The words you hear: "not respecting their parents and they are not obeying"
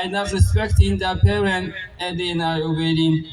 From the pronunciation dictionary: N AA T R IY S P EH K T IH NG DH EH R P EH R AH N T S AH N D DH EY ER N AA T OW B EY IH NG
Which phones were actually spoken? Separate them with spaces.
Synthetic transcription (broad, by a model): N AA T R IY S P EH K T IH NG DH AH P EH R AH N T AH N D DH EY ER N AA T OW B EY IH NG